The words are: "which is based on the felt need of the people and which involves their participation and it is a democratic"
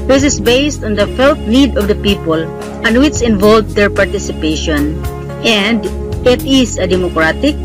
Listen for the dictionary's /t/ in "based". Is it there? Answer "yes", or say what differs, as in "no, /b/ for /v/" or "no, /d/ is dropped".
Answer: yes